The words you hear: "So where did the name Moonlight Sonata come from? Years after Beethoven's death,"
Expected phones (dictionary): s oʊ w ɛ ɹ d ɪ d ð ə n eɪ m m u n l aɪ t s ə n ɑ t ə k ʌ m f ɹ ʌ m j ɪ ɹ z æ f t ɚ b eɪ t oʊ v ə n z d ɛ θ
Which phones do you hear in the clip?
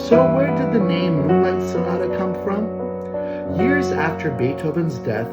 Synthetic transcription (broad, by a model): s oʊ w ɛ ɹ d ɪ d ð ə n eɪ m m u l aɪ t s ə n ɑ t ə k ʌ m f ɹ ʌ m j ɪ ɹ z æ f t ɚ b eɪ t oʊ v ə n z d ɛ θ